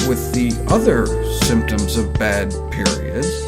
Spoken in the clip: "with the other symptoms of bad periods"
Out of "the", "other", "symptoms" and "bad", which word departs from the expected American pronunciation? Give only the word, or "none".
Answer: none